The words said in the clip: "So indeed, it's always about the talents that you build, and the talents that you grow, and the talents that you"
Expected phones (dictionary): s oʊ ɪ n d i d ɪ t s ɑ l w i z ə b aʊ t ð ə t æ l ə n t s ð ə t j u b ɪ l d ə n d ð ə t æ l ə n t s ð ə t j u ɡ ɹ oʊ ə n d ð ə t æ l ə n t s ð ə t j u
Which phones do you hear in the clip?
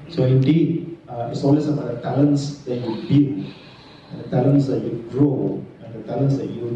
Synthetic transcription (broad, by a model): s oʊ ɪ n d i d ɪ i s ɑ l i s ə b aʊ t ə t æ l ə n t s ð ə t j u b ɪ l ə n d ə t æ l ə n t s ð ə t j u ɡ ɹ oʊ ə n d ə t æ l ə n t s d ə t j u